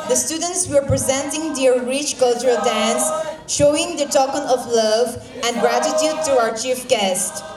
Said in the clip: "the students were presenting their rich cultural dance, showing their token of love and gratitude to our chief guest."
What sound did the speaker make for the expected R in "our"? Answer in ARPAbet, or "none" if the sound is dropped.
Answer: R